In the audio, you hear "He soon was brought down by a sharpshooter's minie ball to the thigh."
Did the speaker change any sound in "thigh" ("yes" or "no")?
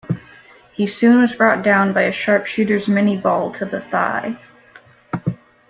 no